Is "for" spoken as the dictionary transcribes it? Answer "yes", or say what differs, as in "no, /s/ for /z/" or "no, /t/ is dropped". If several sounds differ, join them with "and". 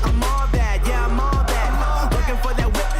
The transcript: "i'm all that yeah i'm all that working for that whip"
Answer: yes